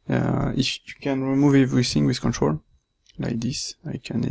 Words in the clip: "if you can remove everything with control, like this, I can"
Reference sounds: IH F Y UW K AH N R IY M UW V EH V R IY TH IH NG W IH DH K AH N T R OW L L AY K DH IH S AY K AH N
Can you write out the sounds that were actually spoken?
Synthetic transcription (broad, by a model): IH F Y UW K AH N R IY M UW V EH V R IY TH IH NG W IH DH K AH N T R OW L L AY K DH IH S AY K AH N